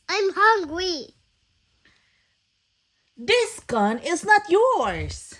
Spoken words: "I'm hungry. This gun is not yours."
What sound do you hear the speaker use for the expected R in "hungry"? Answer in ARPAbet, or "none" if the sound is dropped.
W